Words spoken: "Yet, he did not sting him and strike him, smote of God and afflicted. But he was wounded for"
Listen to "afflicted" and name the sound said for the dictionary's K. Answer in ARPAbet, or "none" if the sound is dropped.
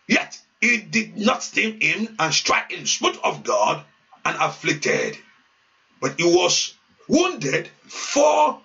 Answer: K